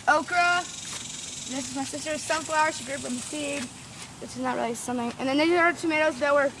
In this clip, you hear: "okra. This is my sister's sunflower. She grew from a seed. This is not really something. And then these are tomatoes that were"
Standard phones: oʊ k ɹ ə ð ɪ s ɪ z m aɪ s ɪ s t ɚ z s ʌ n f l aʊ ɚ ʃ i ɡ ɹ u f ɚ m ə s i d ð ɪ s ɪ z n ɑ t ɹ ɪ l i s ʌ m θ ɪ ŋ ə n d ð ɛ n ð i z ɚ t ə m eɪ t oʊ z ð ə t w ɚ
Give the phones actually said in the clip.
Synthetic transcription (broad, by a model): oʊ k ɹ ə ð ɪ s ɪ z m aɪ s ɪ s t ɚ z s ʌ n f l aʊ ɚ ʃ i ɡ ɹ u p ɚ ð ə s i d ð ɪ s ɪ z n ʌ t ɹ ɪ l i s ʌ m θ ɪ ŋ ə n ð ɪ n ð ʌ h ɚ t ə m eɪ t oʊ z ð ə t w ɚ